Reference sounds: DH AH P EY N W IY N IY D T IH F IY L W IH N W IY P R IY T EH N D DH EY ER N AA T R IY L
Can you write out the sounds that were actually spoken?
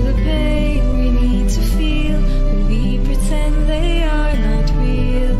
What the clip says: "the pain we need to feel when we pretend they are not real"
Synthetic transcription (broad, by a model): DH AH B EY W IY N IY D T IH F IY L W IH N W IY P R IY T EH N DH EY ER N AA T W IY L